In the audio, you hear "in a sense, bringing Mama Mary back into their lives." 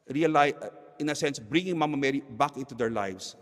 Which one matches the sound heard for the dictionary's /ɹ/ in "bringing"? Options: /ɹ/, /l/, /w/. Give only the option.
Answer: /ɹ/